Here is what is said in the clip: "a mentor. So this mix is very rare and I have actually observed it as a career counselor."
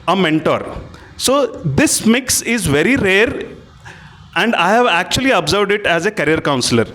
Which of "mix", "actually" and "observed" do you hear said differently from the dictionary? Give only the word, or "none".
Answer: none